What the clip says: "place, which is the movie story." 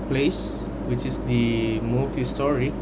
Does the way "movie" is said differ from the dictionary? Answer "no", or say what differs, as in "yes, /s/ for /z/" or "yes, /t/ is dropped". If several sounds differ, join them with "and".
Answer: yes, /f/ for /v/